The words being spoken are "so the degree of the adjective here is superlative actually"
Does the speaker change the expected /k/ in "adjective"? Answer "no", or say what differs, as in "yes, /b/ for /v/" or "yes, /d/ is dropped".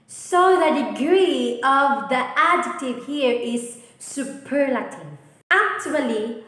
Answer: yes, /k/ is dropped